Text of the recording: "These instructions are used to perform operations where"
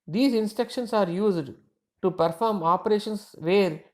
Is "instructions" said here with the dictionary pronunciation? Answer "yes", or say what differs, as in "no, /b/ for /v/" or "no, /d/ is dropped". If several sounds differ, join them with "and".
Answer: no, /ɹ/ is dropped and /s/ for /z/